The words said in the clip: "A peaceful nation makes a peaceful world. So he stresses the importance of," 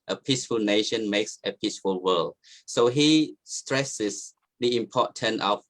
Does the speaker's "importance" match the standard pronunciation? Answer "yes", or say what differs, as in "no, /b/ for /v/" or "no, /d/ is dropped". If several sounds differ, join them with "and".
no, /s/ is dropped